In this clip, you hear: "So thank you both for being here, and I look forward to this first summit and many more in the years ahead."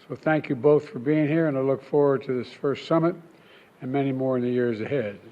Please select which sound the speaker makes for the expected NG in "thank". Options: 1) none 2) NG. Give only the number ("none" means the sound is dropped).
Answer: 2